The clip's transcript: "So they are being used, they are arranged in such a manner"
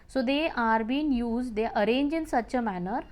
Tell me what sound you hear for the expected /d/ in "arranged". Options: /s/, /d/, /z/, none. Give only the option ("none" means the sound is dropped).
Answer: none